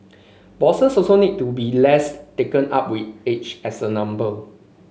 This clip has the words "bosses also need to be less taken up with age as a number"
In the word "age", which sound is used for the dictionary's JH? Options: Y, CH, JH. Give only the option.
CH